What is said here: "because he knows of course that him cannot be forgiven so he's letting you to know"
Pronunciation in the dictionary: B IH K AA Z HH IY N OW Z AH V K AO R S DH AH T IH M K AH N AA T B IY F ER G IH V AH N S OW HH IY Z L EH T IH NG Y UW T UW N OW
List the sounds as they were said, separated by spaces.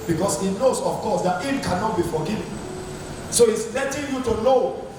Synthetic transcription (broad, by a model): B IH K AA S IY N OW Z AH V K AO S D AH T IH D K AH N AA T B IY F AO G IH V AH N S OW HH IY S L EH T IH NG Y UW T UW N OW